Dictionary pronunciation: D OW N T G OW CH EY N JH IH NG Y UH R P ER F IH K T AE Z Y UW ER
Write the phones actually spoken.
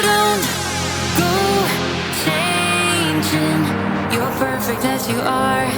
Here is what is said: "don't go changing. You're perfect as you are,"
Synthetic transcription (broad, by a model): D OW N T G OW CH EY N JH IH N Y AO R P ER F IH K T AE Z Y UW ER